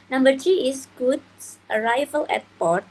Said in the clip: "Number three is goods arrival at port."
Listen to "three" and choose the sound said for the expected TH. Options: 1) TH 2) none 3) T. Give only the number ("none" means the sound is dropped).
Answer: 3